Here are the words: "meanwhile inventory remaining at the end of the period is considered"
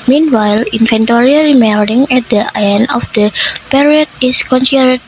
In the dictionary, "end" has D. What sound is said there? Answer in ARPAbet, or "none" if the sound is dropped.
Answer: none